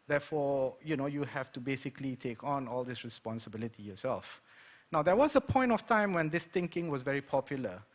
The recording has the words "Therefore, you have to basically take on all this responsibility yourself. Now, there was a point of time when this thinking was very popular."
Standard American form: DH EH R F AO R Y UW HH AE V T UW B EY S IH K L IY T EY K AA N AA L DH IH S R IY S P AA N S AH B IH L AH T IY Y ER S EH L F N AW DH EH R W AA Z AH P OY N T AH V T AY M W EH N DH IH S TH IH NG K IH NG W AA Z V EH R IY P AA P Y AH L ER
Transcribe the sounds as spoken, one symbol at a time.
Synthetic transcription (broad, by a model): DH EH F AO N Y UW HH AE F T UW B EY S IH K L IY T EY K AA N AA L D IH S R IY S P AA N S AH B IH L AH T IY Y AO S EH L F N AW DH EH W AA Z AH P OY N T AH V T AY M W EH N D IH S T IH NG K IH NG W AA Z V EH R IY P AA P Y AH L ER